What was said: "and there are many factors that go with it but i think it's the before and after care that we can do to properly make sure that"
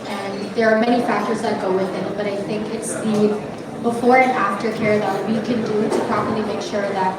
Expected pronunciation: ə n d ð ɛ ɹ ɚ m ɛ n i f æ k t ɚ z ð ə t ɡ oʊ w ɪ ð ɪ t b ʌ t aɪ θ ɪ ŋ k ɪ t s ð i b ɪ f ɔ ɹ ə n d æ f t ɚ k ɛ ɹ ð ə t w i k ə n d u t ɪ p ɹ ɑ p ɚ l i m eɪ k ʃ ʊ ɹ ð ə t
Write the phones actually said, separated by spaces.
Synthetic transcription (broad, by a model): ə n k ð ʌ ɹ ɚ m ɛ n i f æ k t ɚ z ð ə t ɡ oʊ w ɪ ð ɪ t b ʌ t aɪ θ ɪ ŋ k ɪ t s ð i b ɪ f ɔ ɹ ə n æ f t ɚ k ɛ ɹ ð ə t w i k ə n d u t ɪ p ɹ ɑ p ɚ l i m eɪ k ʃ ʊ ɹ ð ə t